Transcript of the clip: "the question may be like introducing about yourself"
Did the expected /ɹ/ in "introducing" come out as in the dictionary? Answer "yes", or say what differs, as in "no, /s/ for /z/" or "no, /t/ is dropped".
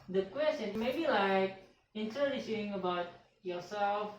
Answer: no, /ɹ/ is dropped